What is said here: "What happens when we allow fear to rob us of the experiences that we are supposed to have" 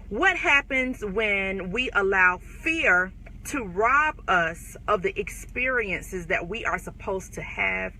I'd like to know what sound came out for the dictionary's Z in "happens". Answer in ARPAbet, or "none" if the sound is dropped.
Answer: Z